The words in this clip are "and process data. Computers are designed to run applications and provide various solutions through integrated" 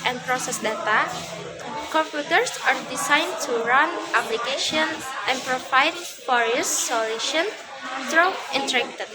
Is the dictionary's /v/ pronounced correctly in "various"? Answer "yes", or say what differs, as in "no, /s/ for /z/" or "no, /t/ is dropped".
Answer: no, /f/ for /v/